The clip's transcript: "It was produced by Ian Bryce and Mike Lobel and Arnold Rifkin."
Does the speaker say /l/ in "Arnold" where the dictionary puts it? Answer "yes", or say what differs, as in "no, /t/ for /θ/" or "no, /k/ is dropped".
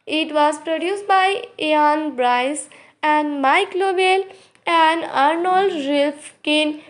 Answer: yes